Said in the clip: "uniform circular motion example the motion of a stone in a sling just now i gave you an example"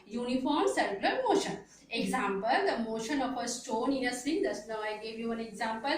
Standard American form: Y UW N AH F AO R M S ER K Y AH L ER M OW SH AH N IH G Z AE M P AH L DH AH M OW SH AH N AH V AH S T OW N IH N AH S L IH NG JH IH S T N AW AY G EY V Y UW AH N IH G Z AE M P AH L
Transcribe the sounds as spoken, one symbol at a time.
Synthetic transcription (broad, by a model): Y UW N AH F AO R M S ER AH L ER M OW SH AH N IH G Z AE M P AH L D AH M OW SH AH N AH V AH S T OW N IH N AH S IH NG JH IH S N AW AY G EY V Y UW AH N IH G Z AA M P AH L